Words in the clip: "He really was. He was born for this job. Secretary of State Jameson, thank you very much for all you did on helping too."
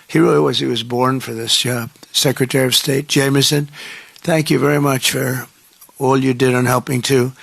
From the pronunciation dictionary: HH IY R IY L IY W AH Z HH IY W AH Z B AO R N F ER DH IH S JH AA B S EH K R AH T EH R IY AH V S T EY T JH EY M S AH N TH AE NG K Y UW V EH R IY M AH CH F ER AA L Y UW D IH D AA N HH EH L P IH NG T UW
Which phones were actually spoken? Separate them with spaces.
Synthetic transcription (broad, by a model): HH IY R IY W AH Z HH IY W AH Z B AO R N F ER DH IH S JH S EH K R AH T EH R IY AH V S T EY T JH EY M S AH N TH AE NG K Y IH V EH R IY M AH CH F ER AA L Y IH D IH D N HH EH L P IH NG T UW